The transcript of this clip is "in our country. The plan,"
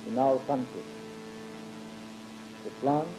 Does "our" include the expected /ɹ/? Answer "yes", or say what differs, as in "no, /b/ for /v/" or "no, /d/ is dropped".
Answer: no, /l/ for /ɹ/